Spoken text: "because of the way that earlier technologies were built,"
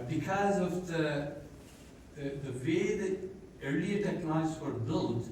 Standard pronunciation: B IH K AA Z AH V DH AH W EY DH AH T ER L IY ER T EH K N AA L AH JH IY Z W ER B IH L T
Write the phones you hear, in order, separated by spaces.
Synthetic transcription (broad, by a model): B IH K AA Z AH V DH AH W EY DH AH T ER L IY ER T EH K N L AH IY S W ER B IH L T